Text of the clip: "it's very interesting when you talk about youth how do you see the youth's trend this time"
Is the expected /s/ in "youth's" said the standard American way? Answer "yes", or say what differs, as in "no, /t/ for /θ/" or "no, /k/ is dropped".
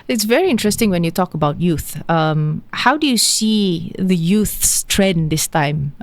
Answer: yes